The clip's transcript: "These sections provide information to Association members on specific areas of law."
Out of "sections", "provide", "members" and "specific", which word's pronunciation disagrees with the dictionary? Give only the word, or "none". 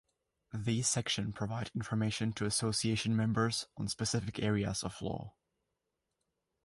sections